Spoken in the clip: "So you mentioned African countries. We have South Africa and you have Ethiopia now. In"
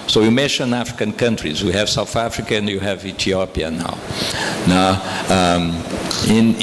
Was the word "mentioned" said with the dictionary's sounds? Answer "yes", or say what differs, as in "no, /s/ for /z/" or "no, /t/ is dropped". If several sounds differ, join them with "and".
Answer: no, /d/ is dropped